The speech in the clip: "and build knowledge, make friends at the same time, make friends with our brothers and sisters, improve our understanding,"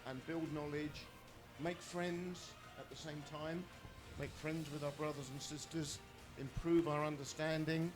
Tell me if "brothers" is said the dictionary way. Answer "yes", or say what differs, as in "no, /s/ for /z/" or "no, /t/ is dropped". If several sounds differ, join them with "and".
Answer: yes